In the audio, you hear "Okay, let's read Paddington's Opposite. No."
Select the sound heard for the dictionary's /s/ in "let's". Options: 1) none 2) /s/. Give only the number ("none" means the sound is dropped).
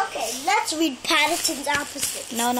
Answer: 2